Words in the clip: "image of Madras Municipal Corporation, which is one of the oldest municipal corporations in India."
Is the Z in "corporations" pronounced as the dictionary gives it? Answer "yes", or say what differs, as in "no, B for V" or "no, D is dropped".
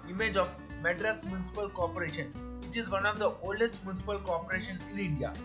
no, Z is dropped